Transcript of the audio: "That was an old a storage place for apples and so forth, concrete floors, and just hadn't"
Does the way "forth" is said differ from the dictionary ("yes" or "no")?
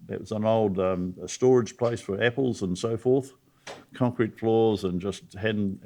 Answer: no